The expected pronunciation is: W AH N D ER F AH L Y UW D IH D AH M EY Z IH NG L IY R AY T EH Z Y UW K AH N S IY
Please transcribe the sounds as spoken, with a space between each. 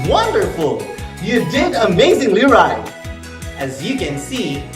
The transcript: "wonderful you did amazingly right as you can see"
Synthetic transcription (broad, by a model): W AH N D ER F L Y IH D IH D AH M EY Z IH NG L IY R AY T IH Z Y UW K AH N S IY